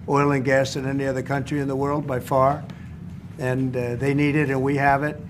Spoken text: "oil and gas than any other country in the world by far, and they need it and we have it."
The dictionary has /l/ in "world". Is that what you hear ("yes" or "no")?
yes